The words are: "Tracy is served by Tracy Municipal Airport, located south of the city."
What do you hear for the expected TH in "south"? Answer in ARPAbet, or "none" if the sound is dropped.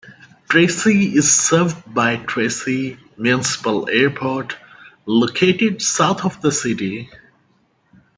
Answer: T